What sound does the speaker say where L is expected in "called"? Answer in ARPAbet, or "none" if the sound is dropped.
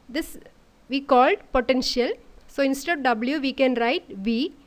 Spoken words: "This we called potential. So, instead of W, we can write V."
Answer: L